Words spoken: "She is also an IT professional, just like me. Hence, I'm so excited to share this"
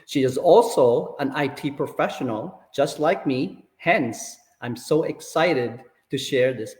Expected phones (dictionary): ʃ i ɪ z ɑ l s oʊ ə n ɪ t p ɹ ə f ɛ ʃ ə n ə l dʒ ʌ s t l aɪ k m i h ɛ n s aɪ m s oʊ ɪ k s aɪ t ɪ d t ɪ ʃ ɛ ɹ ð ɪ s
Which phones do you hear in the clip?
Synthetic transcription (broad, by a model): ʃ i ɪ z ɑ l s oʊ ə n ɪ t p ɹ ə f ɛ ʃ ə n ə l dʒ ʌ s t l aɪ k m i h ɛ n s aɪ m s oʊ ɪ k s aɪ t ɪ d t ɪ ʃ ɛ ɹ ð ɪ s